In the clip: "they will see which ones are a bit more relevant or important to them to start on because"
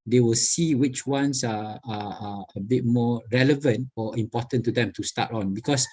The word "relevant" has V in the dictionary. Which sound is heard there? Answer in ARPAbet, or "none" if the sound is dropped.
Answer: V